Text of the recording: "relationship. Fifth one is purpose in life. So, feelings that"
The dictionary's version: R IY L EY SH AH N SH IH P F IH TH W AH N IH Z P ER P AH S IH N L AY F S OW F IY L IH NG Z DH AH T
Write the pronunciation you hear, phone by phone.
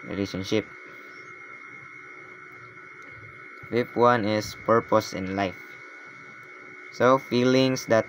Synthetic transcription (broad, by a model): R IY L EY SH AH N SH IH P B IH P W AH N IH S P ER P AH S IH N L AY F S OW F IY L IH NG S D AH T